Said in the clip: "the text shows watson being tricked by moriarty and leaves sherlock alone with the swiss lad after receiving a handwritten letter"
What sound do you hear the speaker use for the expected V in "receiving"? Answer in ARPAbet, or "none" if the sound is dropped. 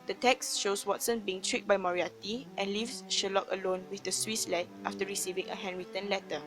V